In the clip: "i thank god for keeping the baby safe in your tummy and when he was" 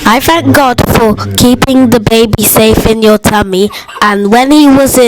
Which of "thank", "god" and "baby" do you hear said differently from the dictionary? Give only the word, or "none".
none